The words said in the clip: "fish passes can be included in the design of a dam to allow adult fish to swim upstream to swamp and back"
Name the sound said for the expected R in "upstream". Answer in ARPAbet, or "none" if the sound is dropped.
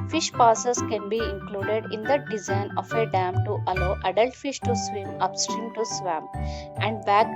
R